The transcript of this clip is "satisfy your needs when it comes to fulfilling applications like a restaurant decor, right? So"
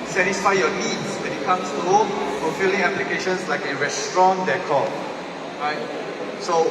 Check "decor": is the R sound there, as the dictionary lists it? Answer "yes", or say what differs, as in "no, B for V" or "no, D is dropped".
no, L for R